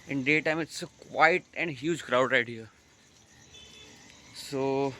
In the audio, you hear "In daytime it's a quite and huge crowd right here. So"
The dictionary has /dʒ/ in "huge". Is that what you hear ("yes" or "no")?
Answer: yes